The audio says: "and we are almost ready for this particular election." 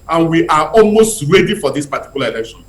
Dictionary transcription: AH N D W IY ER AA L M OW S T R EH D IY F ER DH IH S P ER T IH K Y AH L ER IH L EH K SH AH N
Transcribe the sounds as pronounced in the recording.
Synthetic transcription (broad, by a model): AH N W IY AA AA L M OW S T R EH D IY F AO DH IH S P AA T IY K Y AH L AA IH L EH K SH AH N